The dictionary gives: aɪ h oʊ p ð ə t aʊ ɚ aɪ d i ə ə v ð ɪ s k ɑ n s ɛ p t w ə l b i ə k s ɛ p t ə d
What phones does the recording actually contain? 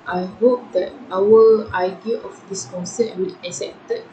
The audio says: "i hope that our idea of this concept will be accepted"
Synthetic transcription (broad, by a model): aɪ h oʊ p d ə t aʊ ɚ aɪ d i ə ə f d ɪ s k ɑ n s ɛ t w ə l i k s ɛ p t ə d